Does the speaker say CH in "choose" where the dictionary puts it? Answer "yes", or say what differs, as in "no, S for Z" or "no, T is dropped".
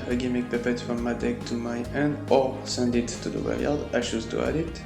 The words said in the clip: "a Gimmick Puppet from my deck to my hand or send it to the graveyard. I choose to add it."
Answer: no, SH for CH